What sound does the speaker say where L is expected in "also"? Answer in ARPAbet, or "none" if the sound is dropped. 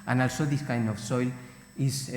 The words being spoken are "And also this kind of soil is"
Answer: L